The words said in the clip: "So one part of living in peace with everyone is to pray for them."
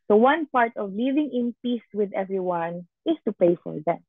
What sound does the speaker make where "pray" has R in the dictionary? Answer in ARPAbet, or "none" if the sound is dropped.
none